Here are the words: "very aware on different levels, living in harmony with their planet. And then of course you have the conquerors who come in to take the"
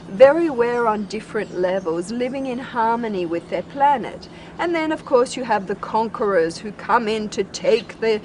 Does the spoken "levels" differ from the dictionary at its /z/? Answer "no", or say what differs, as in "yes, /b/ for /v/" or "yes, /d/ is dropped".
no